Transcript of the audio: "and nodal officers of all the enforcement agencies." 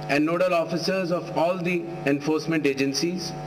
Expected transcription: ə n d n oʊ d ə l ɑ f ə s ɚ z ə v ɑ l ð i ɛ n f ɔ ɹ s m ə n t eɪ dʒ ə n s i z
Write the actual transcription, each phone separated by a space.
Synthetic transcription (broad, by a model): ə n d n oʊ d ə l ɑ f ə s ɚ z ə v ɑ l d i ɛ n f ɔ ɹ s m ə n t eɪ dʒ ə n s i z